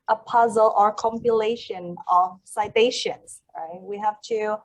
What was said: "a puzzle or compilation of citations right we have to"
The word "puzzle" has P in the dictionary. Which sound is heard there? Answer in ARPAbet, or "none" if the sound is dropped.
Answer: P